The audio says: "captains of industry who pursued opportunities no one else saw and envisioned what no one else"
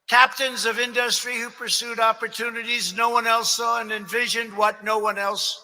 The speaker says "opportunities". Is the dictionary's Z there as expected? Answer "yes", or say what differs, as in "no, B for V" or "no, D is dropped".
yes